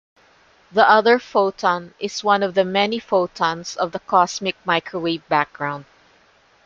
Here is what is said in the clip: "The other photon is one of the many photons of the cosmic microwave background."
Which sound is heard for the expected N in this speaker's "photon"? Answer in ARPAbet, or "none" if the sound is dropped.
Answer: N